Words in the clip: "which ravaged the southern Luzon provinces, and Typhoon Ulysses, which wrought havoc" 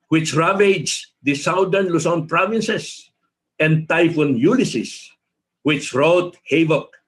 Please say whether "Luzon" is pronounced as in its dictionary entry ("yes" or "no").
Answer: no